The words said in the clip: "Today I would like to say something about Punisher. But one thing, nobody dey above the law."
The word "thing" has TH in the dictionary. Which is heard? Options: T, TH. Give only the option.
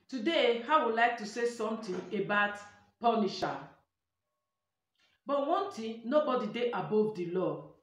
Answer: T